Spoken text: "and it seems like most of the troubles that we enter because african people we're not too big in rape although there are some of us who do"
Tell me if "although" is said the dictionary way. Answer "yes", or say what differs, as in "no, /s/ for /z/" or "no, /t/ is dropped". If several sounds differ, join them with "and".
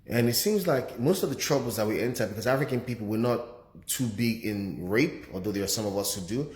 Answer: no, /l/ is dropped